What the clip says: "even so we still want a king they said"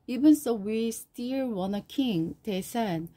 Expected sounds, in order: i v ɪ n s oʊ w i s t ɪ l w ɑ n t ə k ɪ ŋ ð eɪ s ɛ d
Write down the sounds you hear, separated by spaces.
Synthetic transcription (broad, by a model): i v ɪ n s oʊ w i s t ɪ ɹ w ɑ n ə k ɪ ŋ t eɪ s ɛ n